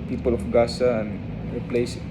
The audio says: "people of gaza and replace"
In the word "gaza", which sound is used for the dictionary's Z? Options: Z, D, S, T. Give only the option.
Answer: S